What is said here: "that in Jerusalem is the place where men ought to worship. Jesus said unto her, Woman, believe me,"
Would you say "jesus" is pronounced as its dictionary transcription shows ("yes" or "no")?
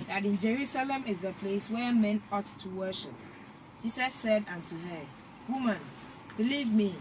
no